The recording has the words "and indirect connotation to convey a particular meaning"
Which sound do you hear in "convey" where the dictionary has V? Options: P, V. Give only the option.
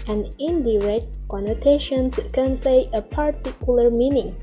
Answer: P